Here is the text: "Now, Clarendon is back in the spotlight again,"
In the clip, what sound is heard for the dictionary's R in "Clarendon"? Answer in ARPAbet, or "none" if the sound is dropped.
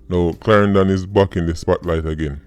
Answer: R